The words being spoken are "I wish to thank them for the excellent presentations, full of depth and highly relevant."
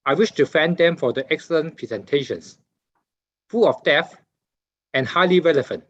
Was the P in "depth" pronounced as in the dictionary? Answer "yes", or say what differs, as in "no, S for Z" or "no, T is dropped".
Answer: no, P is dropped